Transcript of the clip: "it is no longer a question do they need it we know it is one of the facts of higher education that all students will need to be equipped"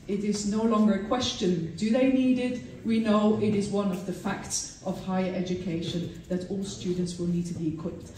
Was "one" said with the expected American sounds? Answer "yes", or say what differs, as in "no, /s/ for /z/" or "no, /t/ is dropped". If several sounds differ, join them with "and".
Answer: yes